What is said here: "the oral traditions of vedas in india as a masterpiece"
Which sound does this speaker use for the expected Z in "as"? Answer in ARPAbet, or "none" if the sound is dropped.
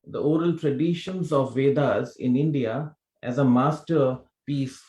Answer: Z